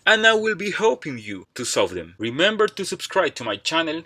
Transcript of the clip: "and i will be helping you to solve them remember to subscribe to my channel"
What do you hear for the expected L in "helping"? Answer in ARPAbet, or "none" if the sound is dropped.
none